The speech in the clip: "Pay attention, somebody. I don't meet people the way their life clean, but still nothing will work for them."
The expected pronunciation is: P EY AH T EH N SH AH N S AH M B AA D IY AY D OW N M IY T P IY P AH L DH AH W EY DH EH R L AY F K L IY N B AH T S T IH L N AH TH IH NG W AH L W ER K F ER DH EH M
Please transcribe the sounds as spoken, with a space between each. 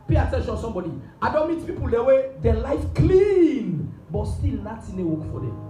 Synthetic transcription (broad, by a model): P EY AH T EH N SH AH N S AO M B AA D IY AY D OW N M IY T P IY P AH L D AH W EY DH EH L AY F K L IY N B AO T S T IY L N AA T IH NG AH W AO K F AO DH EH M